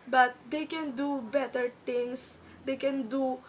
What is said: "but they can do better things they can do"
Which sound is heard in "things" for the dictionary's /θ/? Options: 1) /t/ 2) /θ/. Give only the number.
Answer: 1